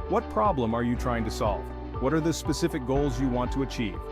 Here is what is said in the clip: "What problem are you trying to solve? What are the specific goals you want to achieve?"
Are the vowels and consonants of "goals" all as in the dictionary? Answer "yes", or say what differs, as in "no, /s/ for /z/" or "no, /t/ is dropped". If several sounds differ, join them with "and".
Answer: yes